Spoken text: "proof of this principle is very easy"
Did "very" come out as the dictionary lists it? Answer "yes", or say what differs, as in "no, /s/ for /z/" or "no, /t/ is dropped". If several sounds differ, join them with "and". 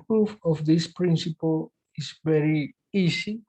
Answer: yes